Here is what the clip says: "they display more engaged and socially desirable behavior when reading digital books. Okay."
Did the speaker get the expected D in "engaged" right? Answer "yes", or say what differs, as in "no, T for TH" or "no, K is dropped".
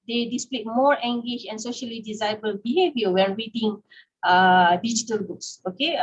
no, D is dropped